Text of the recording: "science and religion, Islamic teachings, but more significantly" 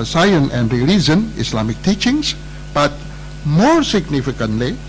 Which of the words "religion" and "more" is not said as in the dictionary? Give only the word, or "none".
religion